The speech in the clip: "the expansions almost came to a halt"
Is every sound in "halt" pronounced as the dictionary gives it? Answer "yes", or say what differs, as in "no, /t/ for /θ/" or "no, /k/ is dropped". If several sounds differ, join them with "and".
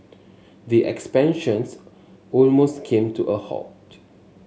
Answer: no, /l/ is dropped